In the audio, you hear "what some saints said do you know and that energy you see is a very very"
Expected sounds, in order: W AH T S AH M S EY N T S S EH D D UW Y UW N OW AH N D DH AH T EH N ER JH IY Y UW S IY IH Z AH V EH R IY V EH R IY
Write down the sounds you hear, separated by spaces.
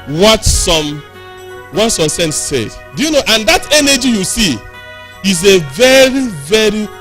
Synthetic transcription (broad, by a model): W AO T S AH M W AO T S S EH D D UW Y UW N OW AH N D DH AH T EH N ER JH IY Y UW S IY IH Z AH V EH R IY V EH R IY